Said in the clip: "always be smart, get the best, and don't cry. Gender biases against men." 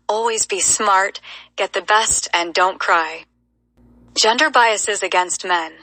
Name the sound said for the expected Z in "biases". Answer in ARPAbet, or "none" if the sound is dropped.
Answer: Z